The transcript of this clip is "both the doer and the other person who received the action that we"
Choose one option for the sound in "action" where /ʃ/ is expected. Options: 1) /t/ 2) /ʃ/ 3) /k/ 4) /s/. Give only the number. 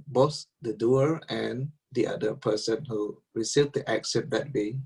4